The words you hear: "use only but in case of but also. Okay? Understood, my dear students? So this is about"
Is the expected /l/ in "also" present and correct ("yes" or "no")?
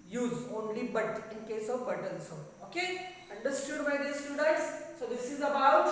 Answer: no